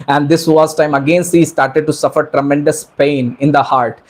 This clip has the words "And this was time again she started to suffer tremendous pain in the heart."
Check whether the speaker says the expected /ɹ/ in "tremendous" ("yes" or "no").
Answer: yes